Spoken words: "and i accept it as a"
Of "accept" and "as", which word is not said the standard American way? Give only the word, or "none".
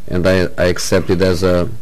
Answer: none